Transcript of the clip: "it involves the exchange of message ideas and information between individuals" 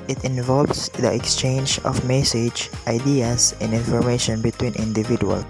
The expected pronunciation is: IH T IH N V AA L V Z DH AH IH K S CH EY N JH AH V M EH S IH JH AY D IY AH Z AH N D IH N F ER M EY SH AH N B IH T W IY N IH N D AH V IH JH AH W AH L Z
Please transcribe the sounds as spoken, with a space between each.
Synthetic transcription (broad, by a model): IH T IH N V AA L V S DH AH IH K S CH EY N JH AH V M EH S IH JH AY D IY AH S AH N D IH N F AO M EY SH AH N B IH T W IY N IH N D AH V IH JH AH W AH L